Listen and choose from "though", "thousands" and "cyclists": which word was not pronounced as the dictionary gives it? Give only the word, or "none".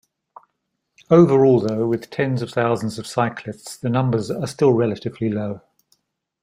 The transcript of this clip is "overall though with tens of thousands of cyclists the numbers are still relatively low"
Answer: none